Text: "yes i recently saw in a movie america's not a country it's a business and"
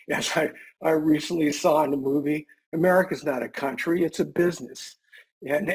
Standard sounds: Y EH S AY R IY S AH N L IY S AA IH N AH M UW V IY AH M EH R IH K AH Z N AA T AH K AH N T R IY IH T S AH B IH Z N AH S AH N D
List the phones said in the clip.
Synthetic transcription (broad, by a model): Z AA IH AY R IY S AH N L IY S AA IH N AH M UW V IY AH M EH R IH K AH Z N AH T AH K AH N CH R IY IH T S AH B IH Z N AH S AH N